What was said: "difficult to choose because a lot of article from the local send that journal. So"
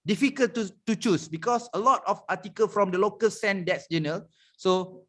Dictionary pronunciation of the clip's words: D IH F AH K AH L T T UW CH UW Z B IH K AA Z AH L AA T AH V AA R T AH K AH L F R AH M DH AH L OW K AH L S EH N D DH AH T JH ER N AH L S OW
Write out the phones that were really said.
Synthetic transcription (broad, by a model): D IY F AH K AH L T T UW CH UW S B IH K AA S AH L AA T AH P AA T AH K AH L F R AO M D AH L OW K AH L S EH N D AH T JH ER N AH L S OW